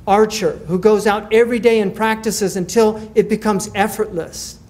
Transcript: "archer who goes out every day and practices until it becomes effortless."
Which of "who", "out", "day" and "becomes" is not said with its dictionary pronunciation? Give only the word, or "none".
none